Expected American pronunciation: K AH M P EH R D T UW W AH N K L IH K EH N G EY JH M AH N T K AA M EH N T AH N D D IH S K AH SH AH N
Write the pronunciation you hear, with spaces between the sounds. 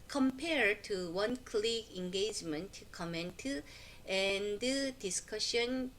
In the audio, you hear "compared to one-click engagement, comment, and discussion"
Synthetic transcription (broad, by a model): K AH M P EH R T UW W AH N K L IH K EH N G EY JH M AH N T K AA M EH N T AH N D D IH S K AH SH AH N